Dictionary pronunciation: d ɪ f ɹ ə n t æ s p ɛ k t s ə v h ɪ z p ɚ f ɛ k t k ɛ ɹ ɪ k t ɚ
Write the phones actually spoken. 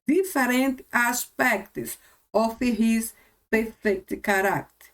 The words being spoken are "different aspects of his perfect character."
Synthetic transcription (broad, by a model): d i f ɹ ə n t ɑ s p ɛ k t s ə f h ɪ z p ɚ f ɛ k t k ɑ ɹ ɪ k t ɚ